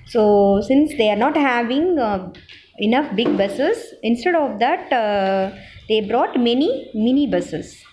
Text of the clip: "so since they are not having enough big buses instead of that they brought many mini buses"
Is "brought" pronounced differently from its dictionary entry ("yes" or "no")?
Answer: no